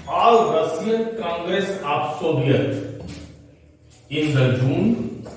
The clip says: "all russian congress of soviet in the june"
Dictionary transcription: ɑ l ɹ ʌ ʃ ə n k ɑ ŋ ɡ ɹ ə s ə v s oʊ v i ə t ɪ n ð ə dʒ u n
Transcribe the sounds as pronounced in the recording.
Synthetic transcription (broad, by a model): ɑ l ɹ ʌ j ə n k ɑ ŋ ɡ ɹ ə s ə p s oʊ b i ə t ɪ n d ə dʒ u n